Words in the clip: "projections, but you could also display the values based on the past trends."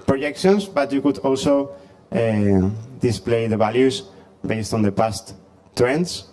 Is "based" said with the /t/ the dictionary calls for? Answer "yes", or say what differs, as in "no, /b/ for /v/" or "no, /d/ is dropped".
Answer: yes